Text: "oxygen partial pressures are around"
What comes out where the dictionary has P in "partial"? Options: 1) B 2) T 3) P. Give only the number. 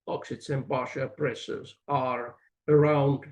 1